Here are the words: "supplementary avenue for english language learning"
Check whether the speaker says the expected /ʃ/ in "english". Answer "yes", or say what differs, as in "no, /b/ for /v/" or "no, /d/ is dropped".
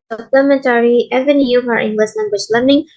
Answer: no, /s/ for /ʃ/